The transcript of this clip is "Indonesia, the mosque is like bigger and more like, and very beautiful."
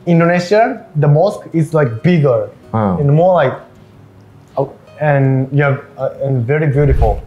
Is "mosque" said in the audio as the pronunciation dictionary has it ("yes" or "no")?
yes